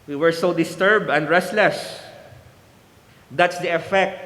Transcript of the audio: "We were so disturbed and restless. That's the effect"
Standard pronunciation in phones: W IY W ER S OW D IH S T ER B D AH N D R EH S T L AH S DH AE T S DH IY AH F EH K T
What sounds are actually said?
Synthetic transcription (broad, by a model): W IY W ER S OW D IH S T ER B D AH N D R EH S T L AH S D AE T S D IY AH F EH K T